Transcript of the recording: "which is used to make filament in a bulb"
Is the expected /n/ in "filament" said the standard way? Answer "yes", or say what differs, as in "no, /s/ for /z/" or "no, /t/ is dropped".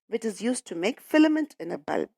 yes